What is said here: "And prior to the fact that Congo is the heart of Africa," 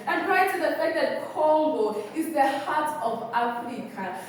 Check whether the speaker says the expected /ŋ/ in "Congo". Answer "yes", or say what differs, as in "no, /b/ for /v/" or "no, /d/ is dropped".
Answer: no, /ŋ/ is dropped